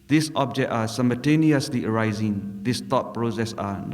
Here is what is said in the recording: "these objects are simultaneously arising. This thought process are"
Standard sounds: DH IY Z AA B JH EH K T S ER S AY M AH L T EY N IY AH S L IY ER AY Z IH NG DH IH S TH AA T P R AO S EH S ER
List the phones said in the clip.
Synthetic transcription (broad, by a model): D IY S AA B JH EH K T AA S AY M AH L T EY N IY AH S L IY ER AY Z IH NG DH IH S T AA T P R AO S EH S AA